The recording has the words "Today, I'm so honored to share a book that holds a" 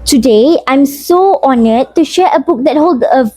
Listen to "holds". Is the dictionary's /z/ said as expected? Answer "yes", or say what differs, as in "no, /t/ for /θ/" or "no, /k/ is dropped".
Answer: no, /z/ is dropped